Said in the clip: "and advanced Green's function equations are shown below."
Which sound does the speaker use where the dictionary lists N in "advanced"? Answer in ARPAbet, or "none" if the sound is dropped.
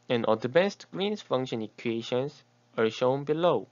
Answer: none